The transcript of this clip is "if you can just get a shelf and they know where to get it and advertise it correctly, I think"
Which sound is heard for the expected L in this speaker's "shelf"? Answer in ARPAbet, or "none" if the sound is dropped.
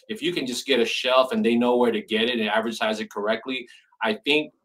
L